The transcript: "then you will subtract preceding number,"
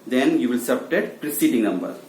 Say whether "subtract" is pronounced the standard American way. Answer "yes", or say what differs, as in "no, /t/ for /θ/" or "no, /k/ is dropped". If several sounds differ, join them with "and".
no, /ɹ/ is dropped and /k/ is dropped